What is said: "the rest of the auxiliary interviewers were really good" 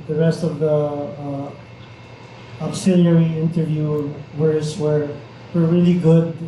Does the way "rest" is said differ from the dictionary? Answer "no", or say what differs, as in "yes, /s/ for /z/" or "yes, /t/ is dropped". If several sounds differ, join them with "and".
no